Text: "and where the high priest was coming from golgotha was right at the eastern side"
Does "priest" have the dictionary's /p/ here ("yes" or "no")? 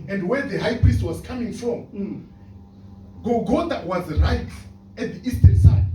yes